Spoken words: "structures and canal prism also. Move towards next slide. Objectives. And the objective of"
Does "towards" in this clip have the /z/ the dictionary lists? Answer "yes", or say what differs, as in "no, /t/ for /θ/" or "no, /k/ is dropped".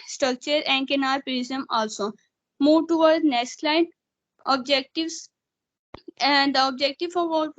no, /z/ is dropped